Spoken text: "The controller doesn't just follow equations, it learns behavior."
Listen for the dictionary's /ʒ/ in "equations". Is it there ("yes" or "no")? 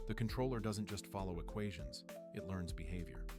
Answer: yes